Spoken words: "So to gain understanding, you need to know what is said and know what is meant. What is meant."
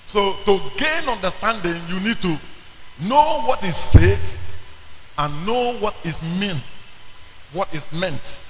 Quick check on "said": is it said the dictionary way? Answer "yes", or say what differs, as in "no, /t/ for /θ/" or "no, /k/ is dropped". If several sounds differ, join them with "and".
yes